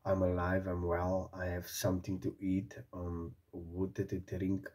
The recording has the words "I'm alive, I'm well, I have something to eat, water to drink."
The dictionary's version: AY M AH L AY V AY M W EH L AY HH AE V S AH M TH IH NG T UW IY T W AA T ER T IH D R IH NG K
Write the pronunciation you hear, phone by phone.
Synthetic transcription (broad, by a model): AY M AH L AY V AY M W EH L AY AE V S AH M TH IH NG T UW IY T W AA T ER T IH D R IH NG K